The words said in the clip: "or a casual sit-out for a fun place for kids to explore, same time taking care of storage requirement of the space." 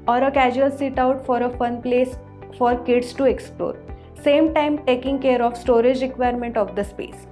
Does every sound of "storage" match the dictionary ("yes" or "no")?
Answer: yes